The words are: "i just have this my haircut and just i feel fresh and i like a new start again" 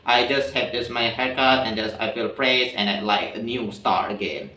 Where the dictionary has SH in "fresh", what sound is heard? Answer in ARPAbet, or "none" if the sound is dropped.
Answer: S